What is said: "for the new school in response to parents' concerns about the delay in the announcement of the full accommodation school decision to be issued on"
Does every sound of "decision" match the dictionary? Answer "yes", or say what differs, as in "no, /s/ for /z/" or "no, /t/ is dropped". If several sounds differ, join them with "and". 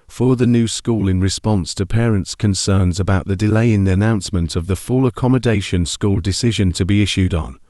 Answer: yes